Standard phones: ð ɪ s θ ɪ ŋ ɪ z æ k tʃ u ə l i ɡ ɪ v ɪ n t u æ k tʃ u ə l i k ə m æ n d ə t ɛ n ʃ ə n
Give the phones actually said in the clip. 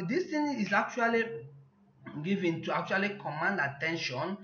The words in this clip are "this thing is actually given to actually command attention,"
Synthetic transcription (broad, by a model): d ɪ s t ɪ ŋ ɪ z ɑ k tʃ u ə l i ɡ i v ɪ n t u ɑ k tʃ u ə l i k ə m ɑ n d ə t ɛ n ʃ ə n